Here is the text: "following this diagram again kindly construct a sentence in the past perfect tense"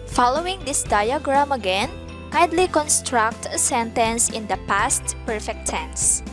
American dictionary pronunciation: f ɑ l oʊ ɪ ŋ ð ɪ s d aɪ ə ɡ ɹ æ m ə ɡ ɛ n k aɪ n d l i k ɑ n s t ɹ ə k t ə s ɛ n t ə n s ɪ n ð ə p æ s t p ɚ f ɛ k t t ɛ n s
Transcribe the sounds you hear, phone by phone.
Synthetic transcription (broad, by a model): f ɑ l oʊ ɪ ŋ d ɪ s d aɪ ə ɡ ɹ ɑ m ə ɡ ɛ n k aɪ d l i k ɑ n s t ɹ ə k t ə s ɛ n t ə n s ɪ n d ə p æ s t p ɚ f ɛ k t t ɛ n s